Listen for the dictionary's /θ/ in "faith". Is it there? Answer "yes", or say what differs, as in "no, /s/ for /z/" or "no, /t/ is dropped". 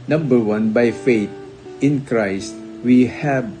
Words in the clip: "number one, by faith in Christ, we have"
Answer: no, /t/ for /θ/